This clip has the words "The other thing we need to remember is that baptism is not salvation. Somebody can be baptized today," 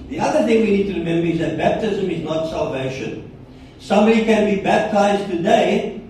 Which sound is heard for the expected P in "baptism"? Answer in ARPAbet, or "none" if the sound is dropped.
P